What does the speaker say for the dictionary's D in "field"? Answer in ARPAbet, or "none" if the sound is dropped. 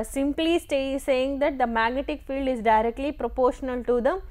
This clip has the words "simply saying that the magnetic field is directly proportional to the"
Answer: D